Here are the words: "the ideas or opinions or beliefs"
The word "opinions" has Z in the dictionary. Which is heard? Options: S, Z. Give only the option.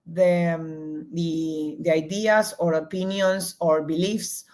S